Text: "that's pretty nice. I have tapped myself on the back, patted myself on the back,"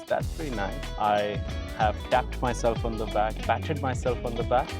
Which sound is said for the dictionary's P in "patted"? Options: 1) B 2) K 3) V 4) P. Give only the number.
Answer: 1